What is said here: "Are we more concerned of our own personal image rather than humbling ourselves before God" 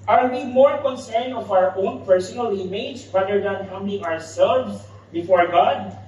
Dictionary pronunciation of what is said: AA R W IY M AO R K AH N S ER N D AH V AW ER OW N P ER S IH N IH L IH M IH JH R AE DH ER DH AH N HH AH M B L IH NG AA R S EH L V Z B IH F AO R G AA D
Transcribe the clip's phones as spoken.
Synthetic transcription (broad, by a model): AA R W IY M AO R K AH N S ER N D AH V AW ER OW N P ER S IH N IH L IH M IH JH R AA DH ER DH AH N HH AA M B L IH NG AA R S EH L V S B IH F AO R G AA D